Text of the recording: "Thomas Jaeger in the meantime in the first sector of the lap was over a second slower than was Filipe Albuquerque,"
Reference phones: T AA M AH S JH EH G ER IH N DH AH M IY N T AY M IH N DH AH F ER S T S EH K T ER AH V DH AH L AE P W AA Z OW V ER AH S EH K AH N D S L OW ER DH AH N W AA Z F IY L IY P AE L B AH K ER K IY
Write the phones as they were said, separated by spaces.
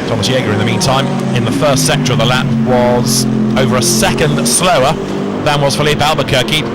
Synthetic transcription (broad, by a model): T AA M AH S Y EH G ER IH N DH AH M IY N T AY M IH N DH AH F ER S T S EH K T ER AH V DH AH L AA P W AA Z OW V ER AH S EH K AH N D S L OW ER DH AH N W AA Z F IY L IY P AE L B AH K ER K IY